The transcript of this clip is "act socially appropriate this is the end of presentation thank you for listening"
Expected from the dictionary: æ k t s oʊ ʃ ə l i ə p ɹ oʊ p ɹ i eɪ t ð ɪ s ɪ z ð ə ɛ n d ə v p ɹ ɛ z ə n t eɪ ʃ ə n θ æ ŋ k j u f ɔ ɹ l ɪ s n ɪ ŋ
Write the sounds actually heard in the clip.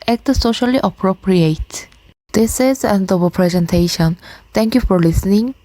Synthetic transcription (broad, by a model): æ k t s oʊ ʃ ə l i ə p ɹ oʊ p ɹ i eɪ t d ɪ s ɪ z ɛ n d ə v p ɹ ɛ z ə n t eɪ ʃ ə n t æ ŋ k j u f ɔ ɹ l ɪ s n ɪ ŋ